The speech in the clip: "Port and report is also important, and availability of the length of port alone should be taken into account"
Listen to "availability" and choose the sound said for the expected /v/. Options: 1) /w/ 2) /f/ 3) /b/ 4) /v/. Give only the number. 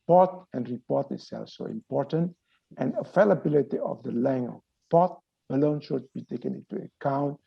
2